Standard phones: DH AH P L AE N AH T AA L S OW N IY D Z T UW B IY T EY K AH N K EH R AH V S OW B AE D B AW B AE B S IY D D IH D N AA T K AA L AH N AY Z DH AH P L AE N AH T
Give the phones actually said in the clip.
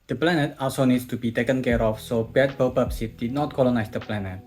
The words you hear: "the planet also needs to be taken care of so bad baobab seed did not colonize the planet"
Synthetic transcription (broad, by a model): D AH P L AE N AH T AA S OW N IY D S T UW B IY T EY K AH N K EH R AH F S OW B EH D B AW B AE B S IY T D IH D N AA T K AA L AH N AY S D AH P L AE N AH T